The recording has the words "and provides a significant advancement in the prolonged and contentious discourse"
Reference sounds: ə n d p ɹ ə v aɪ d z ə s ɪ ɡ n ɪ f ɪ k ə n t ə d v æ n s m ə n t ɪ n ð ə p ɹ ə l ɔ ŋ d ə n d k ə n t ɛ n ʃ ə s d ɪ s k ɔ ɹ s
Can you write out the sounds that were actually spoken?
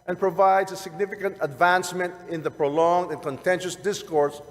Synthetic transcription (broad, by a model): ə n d p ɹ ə v aɪ d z ə s ɪ ɡ n ɪ f ɪ k ə n t ə d v æ n s m ə n t ɪ n ð ə p ɹ ə l ɔ ŋ d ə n k ə n t ɛ n ʃ ə s d ɪ s k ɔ ɹ s